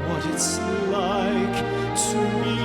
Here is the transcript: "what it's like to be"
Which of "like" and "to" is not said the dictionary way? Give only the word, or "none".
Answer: to